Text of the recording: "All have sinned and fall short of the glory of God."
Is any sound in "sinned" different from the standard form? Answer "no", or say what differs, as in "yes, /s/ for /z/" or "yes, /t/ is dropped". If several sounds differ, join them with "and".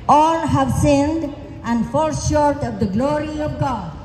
no